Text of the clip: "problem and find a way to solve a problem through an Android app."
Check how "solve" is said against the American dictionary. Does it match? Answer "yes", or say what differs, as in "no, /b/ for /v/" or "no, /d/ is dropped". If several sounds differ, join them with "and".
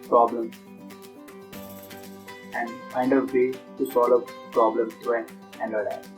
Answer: no, /v/ is dropped